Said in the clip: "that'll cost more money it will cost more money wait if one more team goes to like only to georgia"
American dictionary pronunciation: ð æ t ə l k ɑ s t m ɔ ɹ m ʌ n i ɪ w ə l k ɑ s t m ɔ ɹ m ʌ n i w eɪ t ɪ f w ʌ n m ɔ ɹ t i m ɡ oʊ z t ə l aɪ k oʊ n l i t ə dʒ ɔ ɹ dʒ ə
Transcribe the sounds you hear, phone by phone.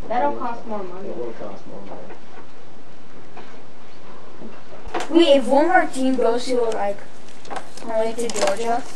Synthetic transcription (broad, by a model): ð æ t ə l k ɑ s t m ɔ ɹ m ʌ n i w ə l k ɑ s t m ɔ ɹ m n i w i ɪ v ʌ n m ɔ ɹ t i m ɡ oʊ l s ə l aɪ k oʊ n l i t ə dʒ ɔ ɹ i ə